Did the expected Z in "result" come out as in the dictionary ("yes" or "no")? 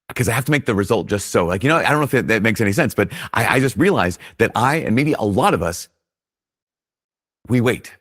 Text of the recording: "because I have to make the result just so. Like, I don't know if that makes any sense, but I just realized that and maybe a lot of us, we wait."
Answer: yes